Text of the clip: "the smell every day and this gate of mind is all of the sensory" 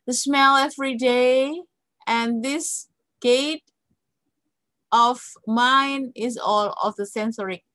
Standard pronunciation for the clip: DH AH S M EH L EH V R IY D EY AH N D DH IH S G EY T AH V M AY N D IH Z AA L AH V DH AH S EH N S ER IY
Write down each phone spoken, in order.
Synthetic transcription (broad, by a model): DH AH S M EH L EH V R IY D EY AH N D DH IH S G EY T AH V M AY N IH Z AA L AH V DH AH S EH N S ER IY